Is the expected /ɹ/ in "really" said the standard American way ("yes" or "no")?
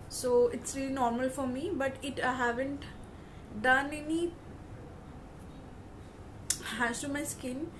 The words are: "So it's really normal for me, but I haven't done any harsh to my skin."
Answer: yes